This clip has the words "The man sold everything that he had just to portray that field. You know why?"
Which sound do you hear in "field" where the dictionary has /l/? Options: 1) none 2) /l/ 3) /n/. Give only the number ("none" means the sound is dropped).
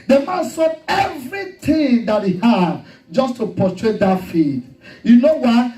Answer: 1